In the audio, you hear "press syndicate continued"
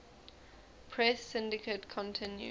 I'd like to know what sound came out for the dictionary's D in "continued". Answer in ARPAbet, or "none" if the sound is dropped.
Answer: none